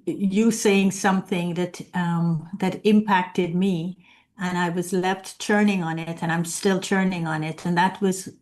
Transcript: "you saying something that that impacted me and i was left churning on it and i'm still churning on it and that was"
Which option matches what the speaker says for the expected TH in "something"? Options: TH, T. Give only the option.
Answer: TH